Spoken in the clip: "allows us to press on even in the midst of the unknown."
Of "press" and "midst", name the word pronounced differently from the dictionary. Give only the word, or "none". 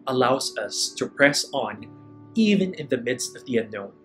none